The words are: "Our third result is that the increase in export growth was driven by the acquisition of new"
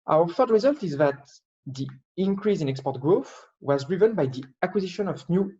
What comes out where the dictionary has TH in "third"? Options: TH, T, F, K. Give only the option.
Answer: F